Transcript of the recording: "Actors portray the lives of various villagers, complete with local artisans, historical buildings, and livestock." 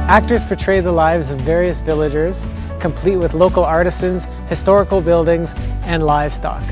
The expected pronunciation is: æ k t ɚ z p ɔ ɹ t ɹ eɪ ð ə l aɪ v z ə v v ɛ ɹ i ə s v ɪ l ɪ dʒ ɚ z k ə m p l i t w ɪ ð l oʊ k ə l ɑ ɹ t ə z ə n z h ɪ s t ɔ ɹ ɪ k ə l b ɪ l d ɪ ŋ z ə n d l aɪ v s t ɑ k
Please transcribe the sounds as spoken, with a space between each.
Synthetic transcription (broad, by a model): æ k t ɚ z p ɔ ɹ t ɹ eɪ ð ə l aɪ v z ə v v ɛ ɹ i ə s v ɪ l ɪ dʒ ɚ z k ə m p l i t w ɪ ð l oʊ k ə l ɑ ɹ t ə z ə n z h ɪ s t ɔ ɹ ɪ k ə l b ɪ l d ɪ ŋ z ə n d l aɪ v s t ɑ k